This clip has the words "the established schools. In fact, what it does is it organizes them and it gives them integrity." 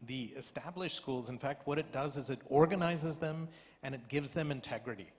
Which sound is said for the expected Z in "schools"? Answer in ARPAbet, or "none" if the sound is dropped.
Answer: Z